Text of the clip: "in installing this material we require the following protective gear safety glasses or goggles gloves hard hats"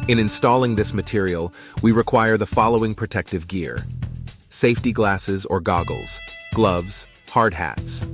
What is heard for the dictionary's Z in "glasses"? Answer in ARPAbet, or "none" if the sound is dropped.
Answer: Z